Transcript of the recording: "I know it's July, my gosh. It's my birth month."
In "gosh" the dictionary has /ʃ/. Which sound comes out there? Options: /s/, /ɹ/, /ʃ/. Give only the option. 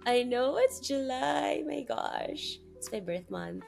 /ʃ/